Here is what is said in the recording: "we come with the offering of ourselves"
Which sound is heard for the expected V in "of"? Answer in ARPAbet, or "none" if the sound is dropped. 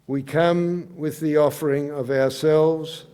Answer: V